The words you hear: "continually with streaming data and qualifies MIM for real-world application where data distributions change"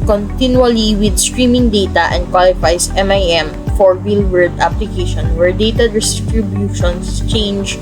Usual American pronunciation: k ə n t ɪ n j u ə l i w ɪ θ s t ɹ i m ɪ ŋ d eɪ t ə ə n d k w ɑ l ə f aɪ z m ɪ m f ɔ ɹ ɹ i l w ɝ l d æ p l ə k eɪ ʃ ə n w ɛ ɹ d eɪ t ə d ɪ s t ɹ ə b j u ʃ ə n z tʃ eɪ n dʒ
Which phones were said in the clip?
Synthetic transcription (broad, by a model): k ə n t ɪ n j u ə l i w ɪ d s t ɹ i m ɪ ŋ d eɪ t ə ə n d k w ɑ l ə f aɪ s m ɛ m f ɔ ɹ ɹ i l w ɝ d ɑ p l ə k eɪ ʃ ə n w ɛ ɹ d eɪ t ə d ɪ s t ɹ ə b j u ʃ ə n s tʃ eɪ n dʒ